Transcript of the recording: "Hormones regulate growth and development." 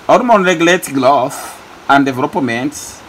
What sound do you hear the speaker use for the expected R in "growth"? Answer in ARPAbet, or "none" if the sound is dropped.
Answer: L